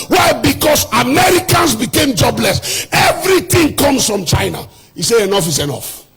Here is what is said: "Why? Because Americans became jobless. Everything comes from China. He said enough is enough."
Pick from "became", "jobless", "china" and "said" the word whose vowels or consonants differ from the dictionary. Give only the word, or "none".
said